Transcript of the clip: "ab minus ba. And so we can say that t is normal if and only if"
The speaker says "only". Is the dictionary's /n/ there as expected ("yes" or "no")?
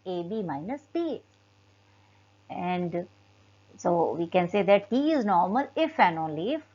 yes